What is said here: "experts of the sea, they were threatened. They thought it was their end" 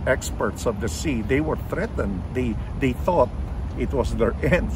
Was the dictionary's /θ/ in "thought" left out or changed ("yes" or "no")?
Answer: no